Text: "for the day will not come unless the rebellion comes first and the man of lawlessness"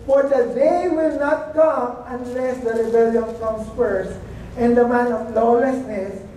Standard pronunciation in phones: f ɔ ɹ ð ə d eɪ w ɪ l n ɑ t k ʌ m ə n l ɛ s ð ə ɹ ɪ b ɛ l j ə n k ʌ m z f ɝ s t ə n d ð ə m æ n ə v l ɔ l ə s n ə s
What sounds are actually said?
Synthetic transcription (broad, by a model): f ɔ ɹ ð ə d eɪ w ɪ l n ɑ t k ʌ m ə n l ɛ s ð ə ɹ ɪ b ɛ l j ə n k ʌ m s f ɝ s ə n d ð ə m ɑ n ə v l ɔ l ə s n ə s